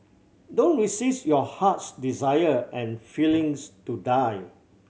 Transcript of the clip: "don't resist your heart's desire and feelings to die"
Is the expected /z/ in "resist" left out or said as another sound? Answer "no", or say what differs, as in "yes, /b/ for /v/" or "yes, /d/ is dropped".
yes, /s/ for /z/